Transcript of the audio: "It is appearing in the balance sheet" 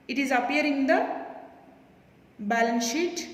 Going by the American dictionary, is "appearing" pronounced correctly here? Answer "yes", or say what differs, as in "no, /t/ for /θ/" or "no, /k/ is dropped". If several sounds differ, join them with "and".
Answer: no, /ɹ/ is dropped